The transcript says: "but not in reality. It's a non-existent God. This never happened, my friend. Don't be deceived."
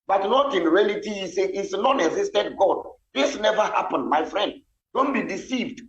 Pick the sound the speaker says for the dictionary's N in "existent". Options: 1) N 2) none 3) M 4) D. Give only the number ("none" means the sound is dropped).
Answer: 2